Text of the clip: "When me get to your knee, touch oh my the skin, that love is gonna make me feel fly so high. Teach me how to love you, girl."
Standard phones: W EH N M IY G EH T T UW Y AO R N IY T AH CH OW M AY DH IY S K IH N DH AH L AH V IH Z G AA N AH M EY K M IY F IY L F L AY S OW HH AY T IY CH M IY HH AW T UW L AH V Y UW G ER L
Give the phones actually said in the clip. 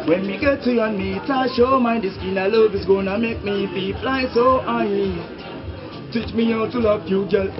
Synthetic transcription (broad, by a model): W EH N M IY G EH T T UW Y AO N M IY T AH SH OW M AY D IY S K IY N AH L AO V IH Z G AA N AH M EY K M IY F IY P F L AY S OW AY T IY CH M IY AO T UW L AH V Y UW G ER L